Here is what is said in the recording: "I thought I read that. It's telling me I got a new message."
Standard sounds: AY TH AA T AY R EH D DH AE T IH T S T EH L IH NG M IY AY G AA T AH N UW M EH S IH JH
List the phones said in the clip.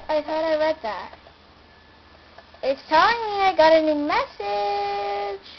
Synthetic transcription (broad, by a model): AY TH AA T AY W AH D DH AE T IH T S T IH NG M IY AY G AA T AH N UW M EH S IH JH